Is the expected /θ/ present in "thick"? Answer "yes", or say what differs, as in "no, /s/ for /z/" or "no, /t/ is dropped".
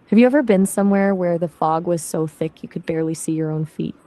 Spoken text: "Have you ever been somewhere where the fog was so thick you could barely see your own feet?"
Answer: yes